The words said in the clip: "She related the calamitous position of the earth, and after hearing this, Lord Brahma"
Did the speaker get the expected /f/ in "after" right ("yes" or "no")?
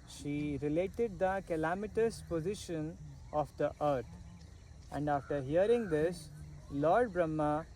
yes